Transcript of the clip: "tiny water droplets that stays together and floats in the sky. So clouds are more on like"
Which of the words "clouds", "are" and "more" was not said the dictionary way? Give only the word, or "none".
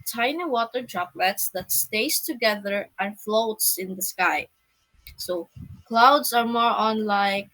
clouds